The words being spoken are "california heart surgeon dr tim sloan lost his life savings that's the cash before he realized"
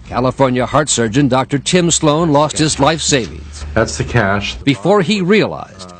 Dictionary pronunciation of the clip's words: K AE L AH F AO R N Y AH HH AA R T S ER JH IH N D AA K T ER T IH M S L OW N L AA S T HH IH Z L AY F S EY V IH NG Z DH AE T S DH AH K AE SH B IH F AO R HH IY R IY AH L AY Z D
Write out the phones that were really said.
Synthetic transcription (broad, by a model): K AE L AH F AO R N Y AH HH AA R T S ER JH IH N D AA K T ER T IH M S L OW N L AA S T HH IH Z L AY F S EY V IH NG Z DH AE T S DH AH K AE SH B IH F AO R IY R IY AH L AY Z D